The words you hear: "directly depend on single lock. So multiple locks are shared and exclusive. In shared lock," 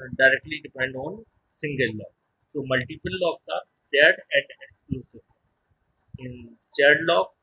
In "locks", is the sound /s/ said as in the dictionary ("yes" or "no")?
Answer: no